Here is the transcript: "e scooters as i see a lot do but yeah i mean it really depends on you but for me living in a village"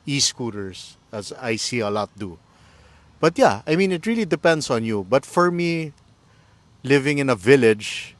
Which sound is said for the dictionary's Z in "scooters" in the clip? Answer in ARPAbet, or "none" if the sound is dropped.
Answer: S